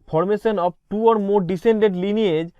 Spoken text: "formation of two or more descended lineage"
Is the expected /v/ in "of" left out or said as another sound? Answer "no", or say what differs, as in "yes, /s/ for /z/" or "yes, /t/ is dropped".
yes, /b/ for /v/